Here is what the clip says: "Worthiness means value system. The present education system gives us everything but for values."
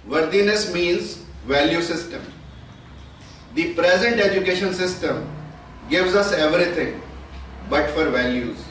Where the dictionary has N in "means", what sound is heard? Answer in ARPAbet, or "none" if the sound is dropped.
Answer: N